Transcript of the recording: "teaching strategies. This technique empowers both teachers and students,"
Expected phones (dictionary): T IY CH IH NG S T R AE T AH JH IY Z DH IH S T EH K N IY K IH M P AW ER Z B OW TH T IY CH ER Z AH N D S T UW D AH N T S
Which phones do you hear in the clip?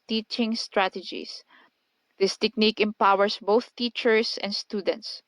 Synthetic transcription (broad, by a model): T IY CH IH NG S T R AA T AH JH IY S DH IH S T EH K N IY K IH M P AW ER S B OW TH T IY CH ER S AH N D S T UW D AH N T S